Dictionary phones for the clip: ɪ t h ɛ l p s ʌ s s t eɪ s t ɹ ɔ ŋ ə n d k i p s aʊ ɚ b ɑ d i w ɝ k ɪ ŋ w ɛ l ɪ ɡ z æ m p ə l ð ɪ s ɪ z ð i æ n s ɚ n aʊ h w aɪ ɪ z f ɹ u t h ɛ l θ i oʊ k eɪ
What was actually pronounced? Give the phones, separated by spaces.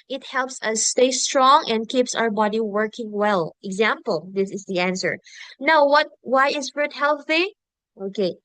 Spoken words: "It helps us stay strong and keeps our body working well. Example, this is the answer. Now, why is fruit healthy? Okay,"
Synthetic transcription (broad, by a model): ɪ t h ɛ l p s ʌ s s t eɪ s t ɹ ɔ ŋ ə n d k i p s aʊ ɚ b ɑ d i w ɝ k ɪ ŋ w ɛ l ɪ ɡ z æ m p ə l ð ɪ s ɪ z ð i æ n s ɚ n aʊ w w aɪ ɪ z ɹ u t h ɛ l θ i oʊ k eɪ